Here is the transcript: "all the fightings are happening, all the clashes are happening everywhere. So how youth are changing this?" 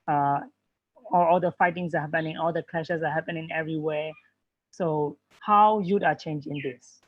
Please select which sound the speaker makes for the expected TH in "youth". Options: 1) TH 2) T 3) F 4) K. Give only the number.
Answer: 2